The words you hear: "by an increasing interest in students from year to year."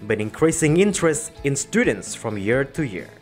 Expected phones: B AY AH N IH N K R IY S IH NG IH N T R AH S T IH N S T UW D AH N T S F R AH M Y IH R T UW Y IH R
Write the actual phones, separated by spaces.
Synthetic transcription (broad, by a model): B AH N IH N K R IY S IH NG IH N T R AH S T IH N S T UW D AH N T S F R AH M Y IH R T UW Y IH R